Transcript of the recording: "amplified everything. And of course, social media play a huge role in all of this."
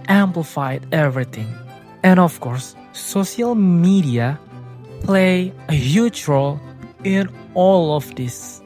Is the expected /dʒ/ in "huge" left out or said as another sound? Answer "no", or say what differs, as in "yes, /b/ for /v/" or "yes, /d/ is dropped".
yes, /tʃ/ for /dʒ/